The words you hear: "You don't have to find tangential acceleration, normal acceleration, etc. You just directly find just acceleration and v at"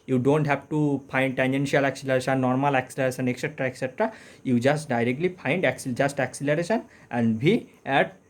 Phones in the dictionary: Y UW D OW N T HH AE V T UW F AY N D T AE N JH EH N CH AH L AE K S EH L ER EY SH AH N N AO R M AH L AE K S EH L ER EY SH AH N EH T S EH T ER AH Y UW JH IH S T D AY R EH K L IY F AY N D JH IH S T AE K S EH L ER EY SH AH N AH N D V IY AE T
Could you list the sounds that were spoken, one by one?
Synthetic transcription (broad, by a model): Y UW D OW N T HH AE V T UW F AY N D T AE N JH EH N SH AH L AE K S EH L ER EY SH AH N N AO R M AH L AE K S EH L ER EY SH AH N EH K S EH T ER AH Y UW JH IH S T D AY R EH K L IY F AY N D JH IH S T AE K S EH L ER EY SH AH N AH N D B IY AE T